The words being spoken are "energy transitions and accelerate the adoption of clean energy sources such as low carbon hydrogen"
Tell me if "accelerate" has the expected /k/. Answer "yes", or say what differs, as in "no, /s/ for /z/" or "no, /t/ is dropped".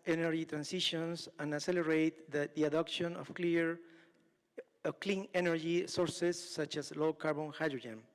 no, /k/ is dropped